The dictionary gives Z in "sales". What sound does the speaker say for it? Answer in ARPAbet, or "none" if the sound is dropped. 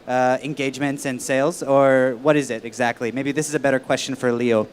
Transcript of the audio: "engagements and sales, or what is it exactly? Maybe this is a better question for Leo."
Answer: Z